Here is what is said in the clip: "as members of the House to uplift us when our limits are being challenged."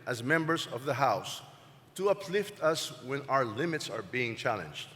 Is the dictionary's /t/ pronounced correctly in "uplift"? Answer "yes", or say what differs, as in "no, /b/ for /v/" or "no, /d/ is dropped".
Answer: yes